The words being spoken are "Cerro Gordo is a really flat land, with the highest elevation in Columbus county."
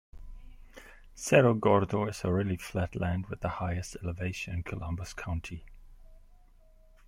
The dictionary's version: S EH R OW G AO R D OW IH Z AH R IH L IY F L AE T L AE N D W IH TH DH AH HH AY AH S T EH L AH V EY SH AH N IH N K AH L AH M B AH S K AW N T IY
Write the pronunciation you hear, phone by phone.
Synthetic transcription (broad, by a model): S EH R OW G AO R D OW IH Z AH R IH L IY F L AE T L AE N D W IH DH AH HH AY AH S T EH L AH V EY AH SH IH N K AH L AH M B AH S K AW N T IY